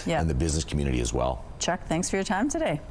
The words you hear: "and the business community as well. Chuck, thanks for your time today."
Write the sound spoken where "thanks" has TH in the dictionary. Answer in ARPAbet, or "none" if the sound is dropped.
TH